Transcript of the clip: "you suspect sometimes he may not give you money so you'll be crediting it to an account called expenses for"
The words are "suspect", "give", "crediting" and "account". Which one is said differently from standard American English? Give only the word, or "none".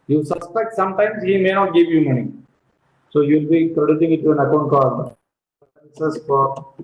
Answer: crediting